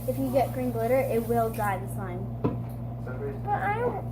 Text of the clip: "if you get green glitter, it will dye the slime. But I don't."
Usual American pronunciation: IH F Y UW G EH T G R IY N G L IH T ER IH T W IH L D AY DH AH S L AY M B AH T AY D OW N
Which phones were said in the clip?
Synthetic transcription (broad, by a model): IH F Y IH G EH T G R IY N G L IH T ER IH T W IH L D AY DH AH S AY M B AH T AY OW